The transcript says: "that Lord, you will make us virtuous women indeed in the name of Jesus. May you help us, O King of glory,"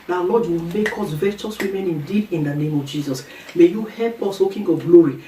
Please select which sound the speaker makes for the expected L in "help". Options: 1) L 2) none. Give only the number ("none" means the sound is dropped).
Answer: 1